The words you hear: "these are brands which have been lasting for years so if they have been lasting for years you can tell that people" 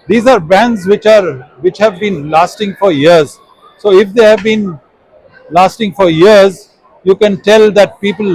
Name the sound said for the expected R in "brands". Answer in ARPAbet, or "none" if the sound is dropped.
none